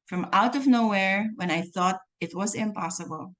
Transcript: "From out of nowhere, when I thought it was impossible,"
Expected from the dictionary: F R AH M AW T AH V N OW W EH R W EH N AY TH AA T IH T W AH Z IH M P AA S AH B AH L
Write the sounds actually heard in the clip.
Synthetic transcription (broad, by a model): F R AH M AW T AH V N OW W EH R W EH N AY TH AA T IH T W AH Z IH M P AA S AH B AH L